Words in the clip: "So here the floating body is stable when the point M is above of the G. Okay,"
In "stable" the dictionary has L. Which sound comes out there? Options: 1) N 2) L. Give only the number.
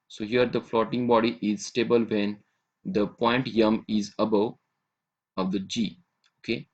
2